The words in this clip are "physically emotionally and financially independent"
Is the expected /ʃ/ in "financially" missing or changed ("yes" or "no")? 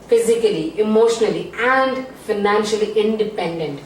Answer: no